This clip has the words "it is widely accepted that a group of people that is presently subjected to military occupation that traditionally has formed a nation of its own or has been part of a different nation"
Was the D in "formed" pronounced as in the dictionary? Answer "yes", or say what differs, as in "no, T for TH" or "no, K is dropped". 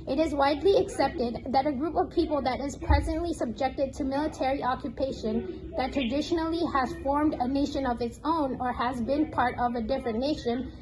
yes